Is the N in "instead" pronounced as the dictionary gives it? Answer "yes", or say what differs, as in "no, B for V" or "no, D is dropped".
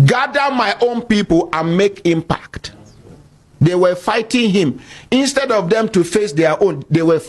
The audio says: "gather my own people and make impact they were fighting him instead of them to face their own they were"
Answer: yes